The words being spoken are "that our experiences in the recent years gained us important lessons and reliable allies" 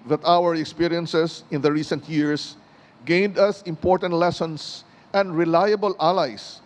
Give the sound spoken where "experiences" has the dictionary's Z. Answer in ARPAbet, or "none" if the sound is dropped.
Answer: S